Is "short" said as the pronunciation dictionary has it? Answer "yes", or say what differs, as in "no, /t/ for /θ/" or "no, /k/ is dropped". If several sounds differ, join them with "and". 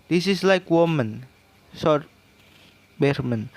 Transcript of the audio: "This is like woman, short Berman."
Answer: no, /s/ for /ʃ/